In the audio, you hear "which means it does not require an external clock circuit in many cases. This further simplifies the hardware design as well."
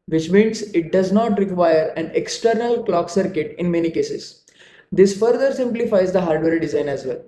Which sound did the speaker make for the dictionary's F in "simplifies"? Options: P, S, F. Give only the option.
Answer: F